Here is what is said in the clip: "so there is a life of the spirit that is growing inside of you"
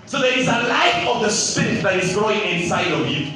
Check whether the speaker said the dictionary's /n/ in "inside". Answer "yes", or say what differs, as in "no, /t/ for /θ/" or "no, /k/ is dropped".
yes